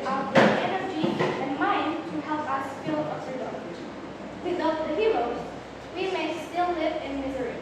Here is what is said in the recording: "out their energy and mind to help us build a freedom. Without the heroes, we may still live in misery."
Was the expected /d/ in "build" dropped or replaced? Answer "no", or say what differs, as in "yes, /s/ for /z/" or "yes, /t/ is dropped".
yes, /d/ is dropped